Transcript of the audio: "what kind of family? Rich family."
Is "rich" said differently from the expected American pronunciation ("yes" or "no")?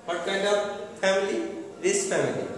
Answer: yes